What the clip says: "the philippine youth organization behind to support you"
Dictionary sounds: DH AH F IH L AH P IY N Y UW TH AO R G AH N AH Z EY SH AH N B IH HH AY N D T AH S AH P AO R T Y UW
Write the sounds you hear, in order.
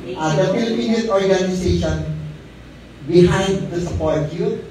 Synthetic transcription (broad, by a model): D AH F IH L AH P IY N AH S AO R G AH N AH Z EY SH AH N B IH HH AY N D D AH S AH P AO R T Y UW